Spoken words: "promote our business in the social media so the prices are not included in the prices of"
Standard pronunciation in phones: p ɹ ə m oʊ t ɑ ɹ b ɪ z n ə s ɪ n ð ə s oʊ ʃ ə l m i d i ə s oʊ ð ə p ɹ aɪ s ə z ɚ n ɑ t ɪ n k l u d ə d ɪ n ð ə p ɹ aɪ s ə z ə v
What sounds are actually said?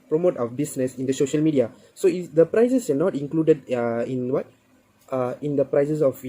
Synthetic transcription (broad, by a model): p ɹ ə m oʊ t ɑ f b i s n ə s ɪ n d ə s oʊ ʃ ə l m i d i ə s oʊ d ə p ɹ aɪ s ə s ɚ n ɑ t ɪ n k l u d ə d ɪ n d ə p ɹ aɪ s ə s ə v